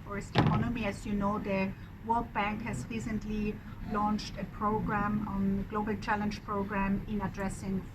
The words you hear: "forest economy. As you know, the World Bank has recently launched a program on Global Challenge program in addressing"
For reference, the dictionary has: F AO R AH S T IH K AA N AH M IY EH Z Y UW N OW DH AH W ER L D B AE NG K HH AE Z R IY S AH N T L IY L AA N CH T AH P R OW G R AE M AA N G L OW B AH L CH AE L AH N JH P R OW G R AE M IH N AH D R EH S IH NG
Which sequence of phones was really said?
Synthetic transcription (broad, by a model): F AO R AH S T IH K AA N AH M IY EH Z Y UW N OW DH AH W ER L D B AE NG K HH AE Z R IY S AH N T L IY L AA N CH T AH P R OW G R AE M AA N G L OW B AH L CH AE L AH N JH P R OW G R AE M IH N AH D R EH S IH NG